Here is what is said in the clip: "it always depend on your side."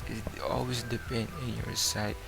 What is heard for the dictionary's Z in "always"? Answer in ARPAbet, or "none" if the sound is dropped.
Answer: S